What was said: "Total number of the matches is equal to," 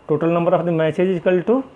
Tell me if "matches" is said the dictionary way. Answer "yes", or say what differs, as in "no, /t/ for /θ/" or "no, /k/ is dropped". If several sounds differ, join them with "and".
no, /s/ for /tʃ/